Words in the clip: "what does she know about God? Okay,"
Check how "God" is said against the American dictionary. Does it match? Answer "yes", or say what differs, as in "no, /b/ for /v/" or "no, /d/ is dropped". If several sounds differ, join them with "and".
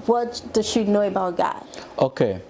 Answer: no, /d/ is dropped